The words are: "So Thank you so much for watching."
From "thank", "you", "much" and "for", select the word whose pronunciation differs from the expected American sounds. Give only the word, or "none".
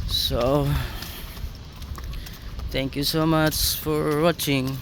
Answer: thank